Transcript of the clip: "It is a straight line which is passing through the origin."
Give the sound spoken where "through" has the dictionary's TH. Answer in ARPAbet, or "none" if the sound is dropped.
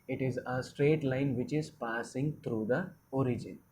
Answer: T